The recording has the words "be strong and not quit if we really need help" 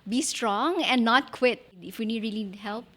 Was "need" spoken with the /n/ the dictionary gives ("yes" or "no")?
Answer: no